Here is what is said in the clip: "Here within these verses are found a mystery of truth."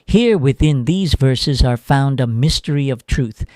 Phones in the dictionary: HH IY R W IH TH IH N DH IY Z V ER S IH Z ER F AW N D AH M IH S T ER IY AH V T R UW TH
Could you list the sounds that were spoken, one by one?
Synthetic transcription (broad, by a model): HH IY R W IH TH IH N DH IY Z V ER S IH Z ER F AW N D AH M IH S T ER IY AH V T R UW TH